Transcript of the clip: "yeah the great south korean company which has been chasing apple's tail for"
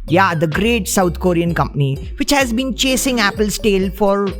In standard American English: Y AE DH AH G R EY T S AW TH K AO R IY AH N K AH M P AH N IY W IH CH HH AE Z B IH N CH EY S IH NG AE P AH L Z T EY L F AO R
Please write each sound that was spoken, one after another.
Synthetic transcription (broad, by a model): Y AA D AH G R EY T S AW T K AO R IY AH N K AH M P AH N IY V IH CH HH AE Z B IH N CH EY S IH NG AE P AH L S T EY L F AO R